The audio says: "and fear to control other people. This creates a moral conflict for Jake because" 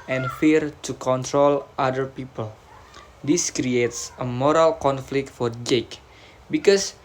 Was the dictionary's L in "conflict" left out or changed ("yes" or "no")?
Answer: no